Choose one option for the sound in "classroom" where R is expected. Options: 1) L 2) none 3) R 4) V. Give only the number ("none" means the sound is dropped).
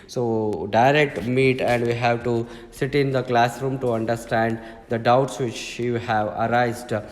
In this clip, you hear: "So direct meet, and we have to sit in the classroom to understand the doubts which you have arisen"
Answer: 3